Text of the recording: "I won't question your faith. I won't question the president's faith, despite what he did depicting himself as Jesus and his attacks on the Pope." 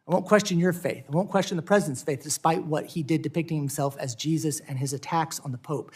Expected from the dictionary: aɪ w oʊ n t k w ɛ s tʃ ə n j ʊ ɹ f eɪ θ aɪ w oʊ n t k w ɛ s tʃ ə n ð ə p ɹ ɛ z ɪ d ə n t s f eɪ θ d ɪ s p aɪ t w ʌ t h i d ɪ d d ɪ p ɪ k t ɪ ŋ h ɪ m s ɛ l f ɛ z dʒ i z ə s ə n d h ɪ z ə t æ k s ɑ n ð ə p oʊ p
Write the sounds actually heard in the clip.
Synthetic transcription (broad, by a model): aɪ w oʊ n k w ɛ s tʃ ə n j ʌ ɹ f eɪ θ aɪ w oʊ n k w ɛ s tʃ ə n ð ə p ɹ ɛ z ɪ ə n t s f eɪ θ d ɪ s p aɪ t w ʌ t h i d ɪ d d ɪ p ɪ k t ɪ ŋ h ɪ m s ɛ l f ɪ z dʒ i z ə s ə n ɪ z ə t æ k s n ð ə p oʊ p